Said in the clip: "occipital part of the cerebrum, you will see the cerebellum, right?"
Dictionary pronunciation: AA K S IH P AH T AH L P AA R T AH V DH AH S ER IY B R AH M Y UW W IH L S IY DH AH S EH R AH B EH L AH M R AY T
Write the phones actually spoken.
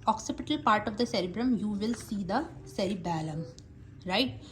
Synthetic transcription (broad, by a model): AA K S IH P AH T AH L P AA R T AH V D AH S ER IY B R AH M Y UW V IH L S IY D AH S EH R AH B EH L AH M R AY T